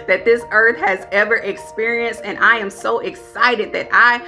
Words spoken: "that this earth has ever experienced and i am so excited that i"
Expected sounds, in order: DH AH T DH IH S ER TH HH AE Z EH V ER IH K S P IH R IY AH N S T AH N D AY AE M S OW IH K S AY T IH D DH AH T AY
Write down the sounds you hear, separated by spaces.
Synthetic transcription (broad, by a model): DH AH T DH IH S ER TH HH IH Z EH V ER IH K S P IH R IY AH N S T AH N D AY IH M S OW IH K S AY T IH D DH AH T AY